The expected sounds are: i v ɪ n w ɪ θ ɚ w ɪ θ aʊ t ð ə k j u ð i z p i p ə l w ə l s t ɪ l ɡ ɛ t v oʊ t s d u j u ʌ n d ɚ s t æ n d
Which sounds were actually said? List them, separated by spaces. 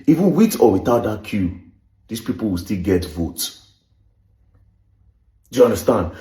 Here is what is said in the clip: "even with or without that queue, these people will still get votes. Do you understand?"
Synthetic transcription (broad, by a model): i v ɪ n w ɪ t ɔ w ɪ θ aʊ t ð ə k j u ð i s p i p ə l w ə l s t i l ɡ ɛ t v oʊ t d u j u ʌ n d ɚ s t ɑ n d